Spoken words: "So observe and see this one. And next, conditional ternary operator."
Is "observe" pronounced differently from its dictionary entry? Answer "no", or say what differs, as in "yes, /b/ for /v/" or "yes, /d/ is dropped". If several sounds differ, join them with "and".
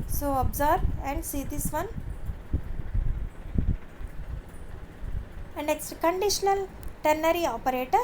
yes, /b/ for /v/